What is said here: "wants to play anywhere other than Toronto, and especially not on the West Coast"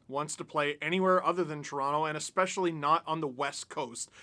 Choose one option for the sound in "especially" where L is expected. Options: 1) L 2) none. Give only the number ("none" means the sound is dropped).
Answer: 1